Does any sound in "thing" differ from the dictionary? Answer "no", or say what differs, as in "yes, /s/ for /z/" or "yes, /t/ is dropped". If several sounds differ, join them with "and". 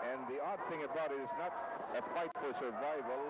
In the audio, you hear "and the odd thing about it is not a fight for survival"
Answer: no